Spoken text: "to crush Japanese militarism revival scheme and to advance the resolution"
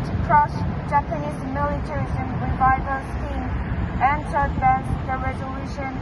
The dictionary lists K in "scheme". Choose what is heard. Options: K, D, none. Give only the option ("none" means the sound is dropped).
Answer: none